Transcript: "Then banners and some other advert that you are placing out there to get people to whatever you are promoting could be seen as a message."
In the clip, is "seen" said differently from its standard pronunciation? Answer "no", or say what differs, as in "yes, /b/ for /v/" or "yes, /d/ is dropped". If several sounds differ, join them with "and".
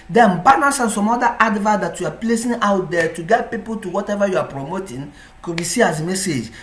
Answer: yes, /n/ is dropped